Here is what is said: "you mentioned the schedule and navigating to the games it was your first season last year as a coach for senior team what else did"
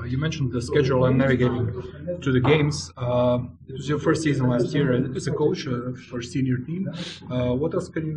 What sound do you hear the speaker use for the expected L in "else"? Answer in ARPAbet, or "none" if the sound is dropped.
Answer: none